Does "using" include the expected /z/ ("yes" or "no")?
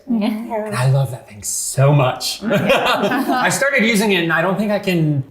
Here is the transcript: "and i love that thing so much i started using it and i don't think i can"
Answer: yes